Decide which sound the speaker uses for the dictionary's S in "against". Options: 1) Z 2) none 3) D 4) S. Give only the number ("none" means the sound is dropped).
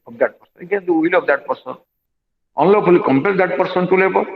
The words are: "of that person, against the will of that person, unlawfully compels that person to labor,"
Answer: 2